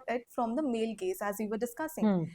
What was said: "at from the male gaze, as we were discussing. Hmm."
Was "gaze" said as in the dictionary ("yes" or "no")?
no